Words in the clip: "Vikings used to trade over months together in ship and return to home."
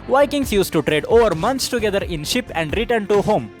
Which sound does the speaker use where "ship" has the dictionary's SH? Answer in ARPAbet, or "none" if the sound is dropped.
SH